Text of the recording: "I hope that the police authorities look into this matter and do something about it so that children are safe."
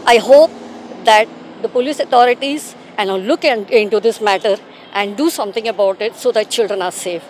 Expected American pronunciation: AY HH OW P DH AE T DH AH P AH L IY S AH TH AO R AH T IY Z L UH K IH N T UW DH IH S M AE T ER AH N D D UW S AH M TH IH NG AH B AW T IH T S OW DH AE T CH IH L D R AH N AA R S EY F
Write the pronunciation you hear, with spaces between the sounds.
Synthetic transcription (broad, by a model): AY HH OW P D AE T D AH P AH L IY S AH T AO R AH T IY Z L UH K IH N T UW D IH S M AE T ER AH N D D UW S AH M T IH NG AH B AW T IH T S OW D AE T CH IH L D R AH N AA R S EY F